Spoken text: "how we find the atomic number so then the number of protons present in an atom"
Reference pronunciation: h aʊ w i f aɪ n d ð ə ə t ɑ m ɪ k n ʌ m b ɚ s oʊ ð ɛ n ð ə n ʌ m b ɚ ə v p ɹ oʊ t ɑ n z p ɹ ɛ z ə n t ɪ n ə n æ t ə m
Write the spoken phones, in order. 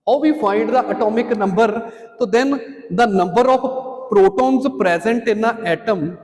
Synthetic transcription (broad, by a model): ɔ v i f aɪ n d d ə ə t ɑ m ɪ k n ʌ m b ɚ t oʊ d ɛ n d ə n ʌ m b ɚ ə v p ɹ oʊ t ɑ n z p ɹ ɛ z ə n t ɪ n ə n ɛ t ə m